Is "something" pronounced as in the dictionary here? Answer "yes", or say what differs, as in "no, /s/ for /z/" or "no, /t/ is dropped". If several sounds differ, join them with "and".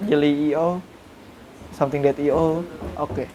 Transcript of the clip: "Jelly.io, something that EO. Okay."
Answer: no, /t/ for /θ/